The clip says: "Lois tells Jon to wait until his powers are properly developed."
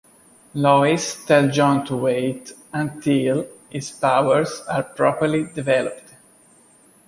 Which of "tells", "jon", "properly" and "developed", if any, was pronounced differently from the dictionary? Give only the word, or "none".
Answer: tells